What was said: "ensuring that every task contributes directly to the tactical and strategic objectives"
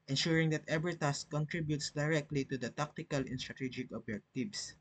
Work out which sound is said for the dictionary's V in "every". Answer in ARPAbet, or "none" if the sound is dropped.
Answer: B